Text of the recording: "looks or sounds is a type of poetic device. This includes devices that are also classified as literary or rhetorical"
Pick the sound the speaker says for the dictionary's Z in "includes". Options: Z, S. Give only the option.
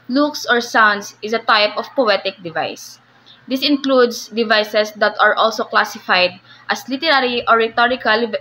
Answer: S